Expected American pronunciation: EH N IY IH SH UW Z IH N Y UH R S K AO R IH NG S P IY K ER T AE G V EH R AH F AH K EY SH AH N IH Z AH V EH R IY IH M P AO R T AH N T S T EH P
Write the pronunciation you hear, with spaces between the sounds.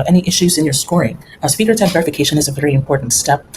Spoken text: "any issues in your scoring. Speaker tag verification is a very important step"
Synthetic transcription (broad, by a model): EH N IY IH SH UW Z IH N Y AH R S K AO R IH NG S P IY K ER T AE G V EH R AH F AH K EY SH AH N IH Z AH V EH R IY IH M P AO R T N T S T EH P